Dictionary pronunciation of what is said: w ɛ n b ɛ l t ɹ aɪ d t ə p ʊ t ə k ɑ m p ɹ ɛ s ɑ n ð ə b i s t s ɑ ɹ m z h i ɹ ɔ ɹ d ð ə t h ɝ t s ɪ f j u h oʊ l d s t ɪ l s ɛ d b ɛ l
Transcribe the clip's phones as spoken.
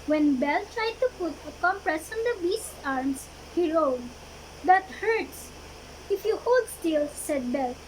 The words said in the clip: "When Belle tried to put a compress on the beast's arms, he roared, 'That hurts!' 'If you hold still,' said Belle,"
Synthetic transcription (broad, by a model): w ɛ n b ɛ l t ɹ aɪ d t ə p ʊ t ə k ɑ m p ɹ ɛ s ɑ n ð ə b i s t ɑ ɹ m s h i ɹ ɔ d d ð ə t h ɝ t s ɪ f j u h oʊ l d s t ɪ l s ɛ d b ɛ l